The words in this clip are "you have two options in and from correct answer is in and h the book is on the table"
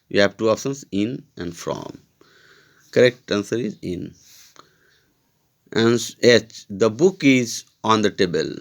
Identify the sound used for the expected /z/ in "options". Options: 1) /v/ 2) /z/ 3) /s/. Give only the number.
3